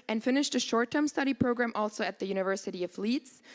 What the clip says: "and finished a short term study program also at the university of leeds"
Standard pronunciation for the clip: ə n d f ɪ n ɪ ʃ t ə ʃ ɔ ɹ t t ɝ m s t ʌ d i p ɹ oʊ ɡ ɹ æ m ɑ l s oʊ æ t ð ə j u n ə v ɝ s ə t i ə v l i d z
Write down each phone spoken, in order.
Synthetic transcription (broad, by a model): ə n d f ɪ n ɪ ʃ t ə ʃ ɔ ɹ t t ɝ m s t ʌ d i p ɹ oʊ ɡ ɹ æ m ɑ l s oʊ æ t ð ə j u n ə v ɝ s ə t i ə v l i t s